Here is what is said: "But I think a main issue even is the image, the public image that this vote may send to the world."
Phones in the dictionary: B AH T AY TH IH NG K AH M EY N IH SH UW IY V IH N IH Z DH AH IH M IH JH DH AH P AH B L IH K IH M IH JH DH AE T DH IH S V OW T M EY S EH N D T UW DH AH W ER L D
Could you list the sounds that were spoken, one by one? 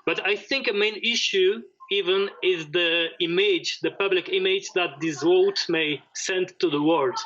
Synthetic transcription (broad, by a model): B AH T AY TH IH NG K AH M EY N IH SH UW IY V IH N IH Z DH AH IH M IH JH DH AH P AH B L IH K IH M IH JH DH AE T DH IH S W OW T M EY S EH N D T UW DH AH W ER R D